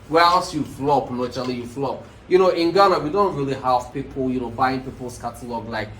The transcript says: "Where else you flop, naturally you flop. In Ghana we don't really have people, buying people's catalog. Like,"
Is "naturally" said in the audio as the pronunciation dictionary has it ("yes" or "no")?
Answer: no